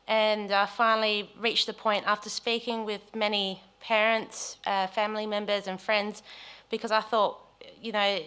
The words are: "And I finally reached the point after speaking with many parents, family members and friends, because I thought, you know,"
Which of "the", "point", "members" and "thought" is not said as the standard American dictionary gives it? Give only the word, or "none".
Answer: none